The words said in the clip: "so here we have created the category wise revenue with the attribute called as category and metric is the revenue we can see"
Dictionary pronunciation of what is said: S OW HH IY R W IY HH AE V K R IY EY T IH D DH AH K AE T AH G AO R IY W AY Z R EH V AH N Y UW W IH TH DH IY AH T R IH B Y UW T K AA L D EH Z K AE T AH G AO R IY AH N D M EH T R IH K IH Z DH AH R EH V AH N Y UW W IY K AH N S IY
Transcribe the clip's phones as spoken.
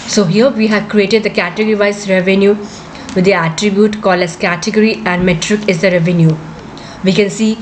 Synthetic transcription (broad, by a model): S OW HH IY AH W IY HH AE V K R IY EY T IH D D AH K AE T AH G AO R IY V AY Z R EH V AH N Y UW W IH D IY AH T R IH B Y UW T K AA L EH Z K AE T AH G AO R IY AH N D M EH T R IH K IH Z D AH R EH V AH N Y UW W IY K AH N S IY